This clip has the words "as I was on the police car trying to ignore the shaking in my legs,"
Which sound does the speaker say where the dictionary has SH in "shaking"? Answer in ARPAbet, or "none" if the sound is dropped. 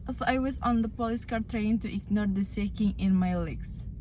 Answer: S